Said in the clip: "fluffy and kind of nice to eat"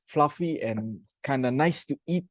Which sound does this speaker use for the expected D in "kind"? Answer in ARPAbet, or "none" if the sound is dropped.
D